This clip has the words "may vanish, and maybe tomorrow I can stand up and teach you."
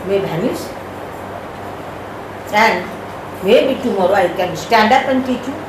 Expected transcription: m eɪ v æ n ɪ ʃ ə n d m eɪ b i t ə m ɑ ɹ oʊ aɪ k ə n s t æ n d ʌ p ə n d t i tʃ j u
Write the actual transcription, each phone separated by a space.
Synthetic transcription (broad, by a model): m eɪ b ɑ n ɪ s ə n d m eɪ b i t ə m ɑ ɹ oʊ aɪ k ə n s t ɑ n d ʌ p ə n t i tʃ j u